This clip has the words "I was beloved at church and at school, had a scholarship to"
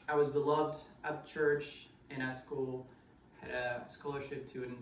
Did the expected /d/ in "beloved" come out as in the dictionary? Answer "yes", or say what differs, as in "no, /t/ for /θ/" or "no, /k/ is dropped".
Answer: yes